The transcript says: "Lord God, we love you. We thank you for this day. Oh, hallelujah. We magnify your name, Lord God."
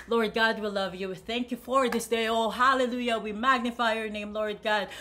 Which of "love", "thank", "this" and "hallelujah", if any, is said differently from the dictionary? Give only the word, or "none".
none